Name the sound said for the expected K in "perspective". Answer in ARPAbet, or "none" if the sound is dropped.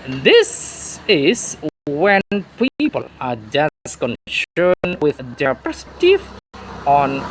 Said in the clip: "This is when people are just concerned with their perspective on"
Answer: none